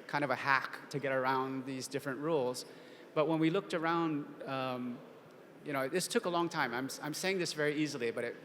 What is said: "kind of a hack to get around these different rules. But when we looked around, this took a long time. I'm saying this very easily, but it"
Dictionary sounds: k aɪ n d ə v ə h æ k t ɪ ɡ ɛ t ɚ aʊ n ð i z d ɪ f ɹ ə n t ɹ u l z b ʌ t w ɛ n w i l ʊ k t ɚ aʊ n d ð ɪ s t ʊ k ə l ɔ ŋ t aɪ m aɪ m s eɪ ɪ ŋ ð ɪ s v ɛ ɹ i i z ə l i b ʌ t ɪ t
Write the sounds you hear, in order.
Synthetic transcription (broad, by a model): k aɪ n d ə v ə h æ k t ɪ ɡ ɛ t ɚ aʊ n ð i z d ɪ f ɹ ə n t ɹ u l z b ʌ t w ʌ n w i l ʊ k t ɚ aʊ n d ð ɪ s t ʊ k ə l ɔ ŋ t aɪ m aɪ m s eɪ ɪ ŋ ð ɪ s v ɛ ɹ i i z l i b ʌ t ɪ t